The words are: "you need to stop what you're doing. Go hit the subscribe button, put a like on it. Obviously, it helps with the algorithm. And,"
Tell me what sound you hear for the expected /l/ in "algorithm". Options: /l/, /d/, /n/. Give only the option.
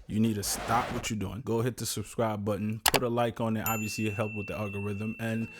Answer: /l/